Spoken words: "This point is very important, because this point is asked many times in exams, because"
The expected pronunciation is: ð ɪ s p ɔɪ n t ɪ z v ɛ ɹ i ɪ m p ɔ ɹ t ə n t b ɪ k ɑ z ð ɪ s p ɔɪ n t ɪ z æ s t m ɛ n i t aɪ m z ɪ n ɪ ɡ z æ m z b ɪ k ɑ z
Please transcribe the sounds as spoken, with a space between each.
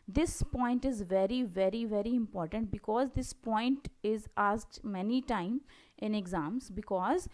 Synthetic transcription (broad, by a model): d ɪ s p ɔɪ n t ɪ z v ɛ ɹ i ɪ m p ɔ ɹ t ə n t b ɪ k ɑ z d ɪ s p ɔɪ n t ɪ z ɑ s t m ɛ n i t aɪ m ɪ n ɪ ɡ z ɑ m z b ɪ k ɑ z